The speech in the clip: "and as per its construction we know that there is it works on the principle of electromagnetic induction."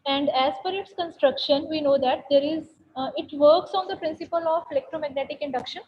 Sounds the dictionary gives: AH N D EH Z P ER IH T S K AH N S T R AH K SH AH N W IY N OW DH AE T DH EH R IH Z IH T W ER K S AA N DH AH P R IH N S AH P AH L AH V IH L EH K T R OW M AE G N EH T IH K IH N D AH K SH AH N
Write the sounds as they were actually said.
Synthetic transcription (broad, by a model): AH N D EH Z F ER IH T S K AH N S T R AH K SH AH N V IY N OW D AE T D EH R IH Z IH T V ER K S AA N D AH P R IH N S AH P AH L AH V IH L EH K T R OW M AE G N EH T IH K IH N D AH K SH AH N